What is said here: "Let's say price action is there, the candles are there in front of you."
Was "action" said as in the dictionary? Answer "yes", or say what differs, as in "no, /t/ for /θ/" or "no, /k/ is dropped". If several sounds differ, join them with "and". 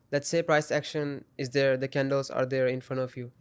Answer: yes